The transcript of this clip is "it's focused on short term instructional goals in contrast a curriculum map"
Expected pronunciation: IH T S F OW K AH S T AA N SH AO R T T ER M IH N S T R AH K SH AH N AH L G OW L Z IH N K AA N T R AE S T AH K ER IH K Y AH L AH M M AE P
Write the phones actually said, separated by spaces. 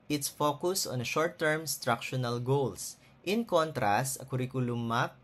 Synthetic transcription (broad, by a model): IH T S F OW K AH S AA N SH AO R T T ER M S T R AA K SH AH N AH L G OW L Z IH N K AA N T R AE S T AH K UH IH K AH L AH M M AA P